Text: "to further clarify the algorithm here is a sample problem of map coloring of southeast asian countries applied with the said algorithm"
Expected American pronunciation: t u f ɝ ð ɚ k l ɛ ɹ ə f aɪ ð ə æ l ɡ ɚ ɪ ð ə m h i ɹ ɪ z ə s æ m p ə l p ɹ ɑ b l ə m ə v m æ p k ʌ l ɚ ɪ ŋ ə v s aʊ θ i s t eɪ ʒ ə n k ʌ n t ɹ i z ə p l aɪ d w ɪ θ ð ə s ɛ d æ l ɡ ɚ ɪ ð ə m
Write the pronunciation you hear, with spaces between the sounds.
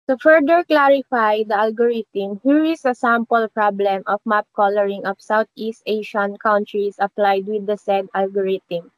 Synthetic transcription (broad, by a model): t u f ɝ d ɚ k l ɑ ɹ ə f aɪ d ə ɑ l ɡ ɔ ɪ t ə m h i ɹ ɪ s ə s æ m p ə l p ɹ ɑ b l ə m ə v m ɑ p k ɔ l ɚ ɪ ŋ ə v s aʊ t i s t eɪ ʃ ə n k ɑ n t ɹ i s ə p l aɪ d w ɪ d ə s ɛ d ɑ l ɡ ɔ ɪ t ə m